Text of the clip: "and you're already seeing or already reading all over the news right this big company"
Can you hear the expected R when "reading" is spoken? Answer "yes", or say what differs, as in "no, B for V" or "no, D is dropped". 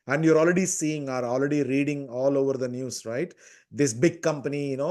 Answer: yes